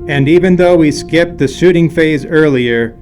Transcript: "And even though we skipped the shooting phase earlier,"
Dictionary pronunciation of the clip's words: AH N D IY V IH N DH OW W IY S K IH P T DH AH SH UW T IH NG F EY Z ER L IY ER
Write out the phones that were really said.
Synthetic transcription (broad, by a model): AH N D IY V IH N DH OW W IY S K IH P T DH AH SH UW T IH NG F EY Z ER L IY ER